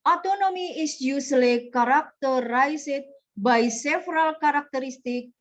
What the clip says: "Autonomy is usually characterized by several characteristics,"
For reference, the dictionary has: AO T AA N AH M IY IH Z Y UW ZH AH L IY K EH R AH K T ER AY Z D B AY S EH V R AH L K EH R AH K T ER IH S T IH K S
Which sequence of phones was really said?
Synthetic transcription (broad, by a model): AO T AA N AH M IY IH S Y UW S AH L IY K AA R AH K T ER AY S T B AY S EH F R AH L K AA R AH K T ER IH S T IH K